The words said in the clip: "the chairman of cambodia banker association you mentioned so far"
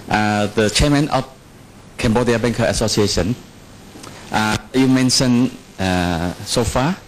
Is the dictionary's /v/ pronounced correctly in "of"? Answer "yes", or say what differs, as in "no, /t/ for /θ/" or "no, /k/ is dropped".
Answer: no, /f/ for /v/